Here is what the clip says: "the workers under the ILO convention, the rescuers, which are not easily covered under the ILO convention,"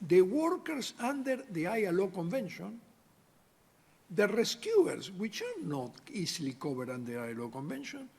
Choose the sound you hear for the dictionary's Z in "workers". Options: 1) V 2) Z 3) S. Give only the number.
3